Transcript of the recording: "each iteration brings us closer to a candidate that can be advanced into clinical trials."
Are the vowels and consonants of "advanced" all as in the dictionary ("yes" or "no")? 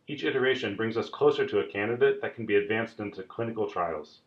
yes